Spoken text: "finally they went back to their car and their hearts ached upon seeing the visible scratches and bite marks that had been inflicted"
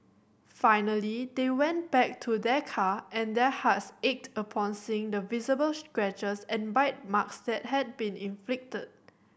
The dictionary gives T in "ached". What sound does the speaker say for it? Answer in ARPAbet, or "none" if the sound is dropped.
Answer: T